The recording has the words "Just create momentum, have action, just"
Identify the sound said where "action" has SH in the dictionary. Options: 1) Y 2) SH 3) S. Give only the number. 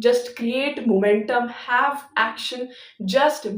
2